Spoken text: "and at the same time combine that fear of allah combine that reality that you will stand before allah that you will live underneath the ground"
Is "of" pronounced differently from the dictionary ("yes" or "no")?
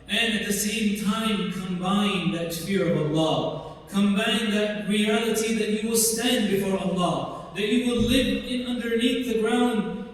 no